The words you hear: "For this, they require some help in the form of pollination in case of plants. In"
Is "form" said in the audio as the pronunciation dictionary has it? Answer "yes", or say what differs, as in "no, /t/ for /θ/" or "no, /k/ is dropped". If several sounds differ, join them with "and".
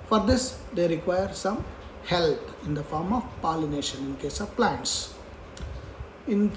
yes